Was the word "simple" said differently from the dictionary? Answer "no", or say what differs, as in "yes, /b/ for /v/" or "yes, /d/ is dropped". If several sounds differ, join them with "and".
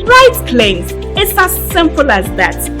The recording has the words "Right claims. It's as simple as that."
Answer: no